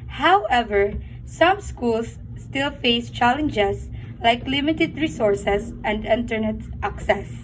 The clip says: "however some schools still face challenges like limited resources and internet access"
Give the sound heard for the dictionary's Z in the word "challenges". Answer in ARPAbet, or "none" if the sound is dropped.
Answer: S